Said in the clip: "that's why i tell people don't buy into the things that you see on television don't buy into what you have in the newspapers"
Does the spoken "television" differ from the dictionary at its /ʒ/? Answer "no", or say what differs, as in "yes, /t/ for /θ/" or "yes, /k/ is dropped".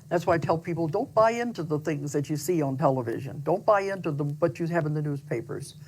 no